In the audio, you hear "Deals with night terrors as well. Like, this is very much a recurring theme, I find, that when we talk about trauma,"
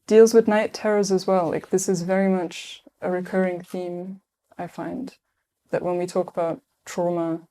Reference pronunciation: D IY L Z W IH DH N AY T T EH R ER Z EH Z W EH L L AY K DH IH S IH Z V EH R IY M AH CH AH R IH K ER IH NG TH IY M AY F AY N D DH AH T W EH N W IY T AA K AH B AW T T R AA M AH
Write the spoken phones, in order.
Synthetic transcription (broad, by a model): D IY L Z W IH DH N AY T T EH R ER Z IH Z W EH L L AY K DH IH S IH Z V EH R IY M AH CH AH R IH K ER IH NG TH IY M AY F AY N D DH AH T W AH N W IY T AA K AH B AW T T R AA M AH